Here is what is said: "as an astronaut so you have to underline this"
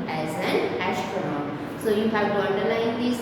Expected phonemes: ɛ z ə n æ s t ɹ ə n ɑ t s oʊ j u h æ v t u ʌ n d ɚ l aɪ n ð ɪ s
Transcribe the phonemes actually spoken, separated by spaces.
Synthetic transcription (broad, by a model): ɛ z ə n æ ʃ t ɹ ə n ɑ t s oʊ j u h æ v t u ʌ n d ɚ l aɪ n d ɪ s